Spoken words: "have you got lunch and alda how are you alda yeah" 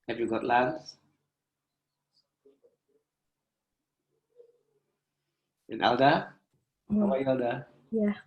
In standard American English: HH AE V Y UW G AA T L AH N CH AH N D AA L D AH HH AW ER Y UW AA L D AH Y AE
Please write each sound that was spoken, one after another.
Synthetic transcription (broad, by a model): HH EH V Y UW G AA T L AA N S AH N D AA L D AH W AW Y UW AA L D AH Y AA